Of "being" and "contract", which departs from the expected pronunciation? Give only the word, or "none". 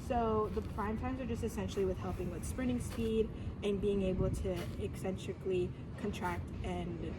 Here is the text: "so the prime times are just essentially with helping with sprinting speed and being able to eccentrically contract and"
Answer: none